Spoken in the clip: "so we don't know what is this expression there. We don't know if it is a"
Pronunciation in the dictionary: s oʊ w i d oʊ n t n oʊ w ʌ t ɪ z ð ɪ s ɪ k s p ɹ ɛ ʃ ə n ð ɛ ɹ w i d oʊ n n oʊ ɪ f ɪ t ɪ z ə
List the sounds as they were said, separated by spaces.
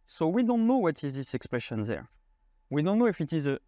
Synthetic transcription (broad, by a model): s oʊ w i d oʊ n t n oʊ w ʌ t ɪ z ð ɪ s ɪ k s p ɹ ɛ ʃ ə n ð ɛ ɹ w i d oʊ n n oʊ ɪ f ɪ t ɪ z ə